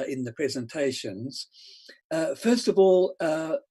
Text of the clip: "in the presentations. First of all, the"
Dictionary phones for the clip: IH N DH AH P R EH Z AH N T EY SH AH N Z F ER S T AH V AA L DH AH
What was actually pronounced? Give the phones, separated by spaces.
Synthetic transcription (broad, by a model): IH N DH AH P R EH Z AH N T EY SH AH N Z F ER S T AH V AA L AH